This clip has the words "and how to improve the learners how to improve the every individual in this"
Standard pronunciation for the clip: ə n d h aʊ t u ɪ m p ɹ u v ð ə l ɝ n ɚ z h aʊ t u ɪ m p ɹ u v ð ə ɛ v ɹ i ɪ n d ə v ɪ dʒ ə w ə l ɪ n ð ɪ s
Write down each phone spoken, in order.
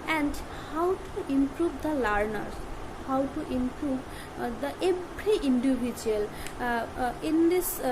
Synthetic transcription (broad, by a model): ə n d h aʊ t u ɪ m p ɹ u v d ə l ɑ n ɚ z h aʊ t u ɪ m p ɹ u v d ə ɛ ɹ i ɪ n d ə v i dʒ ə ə l ɪ n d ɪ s